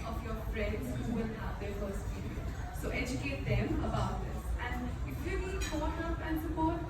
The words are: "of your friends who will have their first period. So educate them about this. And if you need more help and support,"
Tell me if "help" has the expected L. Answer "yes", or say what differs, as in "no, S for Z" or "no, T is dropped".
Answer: no, L is dropped